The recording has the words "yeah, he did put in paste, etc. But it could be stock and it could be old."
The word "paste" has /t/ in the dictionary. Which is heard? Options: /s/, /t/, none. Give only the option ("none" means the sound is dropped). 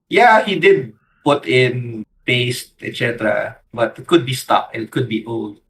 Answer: /t/